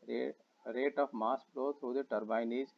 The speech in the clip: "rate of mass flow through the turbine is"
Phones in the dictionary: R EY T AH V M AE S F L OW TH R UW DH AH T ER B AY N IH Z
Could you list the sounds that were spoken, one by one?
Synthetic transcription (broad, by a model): R EY T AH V M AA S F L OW T R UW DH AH T ER B AY N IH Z